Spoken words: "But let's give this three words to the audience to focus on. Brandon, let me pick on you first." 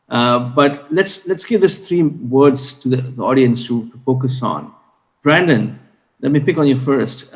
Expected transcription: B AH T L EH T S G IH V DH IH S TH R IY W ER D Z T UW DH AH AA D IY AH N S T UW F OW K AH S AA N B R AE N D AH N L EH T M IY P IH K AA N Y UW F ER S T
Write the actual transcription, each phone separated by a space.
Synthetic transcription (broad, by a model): B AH T L EH T S G IH V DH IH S T R IY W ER D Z T UW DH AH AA D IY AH N S T UW F OW K AH S AA N B R AE N D AH N L EH T M IY P IH K AA N Y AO F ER S T